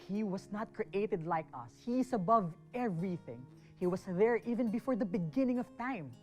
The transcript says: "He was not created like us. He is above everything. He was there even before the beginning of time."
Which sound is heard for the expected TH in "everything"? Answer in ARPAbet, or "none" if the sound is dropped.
TH